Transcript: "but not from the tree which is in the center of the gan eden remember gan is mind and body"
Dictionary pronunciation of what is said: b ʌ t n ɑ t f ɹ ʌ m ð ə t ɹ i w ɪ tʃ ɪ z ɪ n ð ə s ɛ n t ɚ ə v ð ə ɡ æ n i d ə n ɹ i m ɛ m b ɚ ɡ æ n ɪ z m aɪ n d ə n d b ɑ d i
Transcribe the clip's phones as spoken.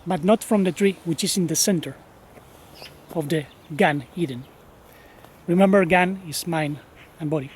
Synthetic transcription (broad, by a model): b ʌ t n ɑ t f ɹ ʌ m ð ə t ɹ i w ɪ tʃ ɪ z ɪ n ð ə s ɛ n t ɚ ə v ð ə ɡ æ n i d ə n ɹ i m ɛ m b ɚ ɡ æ n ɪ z m aɪ n ə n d b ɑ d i